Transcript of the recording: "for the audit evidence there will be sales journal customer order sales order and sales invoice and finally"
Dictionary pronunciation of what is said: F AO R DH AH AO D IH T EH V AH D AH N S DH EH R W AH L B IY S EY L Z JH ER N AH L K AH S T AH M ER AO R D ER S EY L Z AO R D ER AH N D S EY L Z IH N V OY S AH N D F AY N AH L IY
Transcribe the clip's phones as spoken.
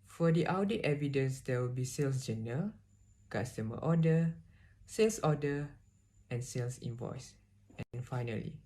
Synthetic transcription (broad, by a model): F AO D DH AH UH D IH T EH V AH D AH N S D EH W AH L B IY S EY L S JH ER N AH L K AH S T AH M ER AO D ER S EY L S AO D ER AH N S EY L S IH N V OY S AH N F AY N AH L IY